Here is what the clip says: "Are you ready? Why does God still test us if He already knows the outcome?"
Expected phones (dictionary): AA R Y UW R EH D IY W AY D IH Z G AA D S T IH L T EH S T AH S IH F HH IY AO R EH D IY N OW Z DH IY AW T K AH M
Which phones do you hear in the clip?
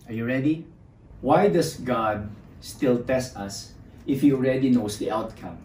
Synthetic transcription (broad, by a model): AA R Y UW R EH D IY W AY D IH S G AA D S T IH L T EH S T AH S IH F HH IY AO R EH D IY N OW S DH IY AW T K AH M